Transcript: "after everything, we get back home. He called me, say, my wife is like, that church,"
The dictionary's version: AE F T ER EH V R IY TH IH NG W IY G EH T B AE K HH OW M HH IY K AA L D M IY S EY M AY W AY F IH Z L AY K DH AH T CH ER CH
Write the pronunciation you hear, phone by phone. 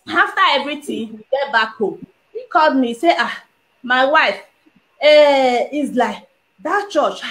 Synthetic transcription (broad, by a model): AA F T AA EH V R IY T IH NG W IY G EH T B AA K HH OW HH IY K AA L D M IY S EY M AY W AY F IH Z L AY K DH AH T CH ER CH